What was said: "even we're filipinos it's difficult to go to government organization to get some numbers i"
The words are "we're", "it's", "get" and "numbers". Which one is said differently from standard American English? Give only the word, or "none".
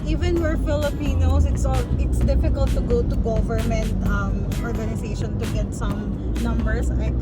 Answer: numbers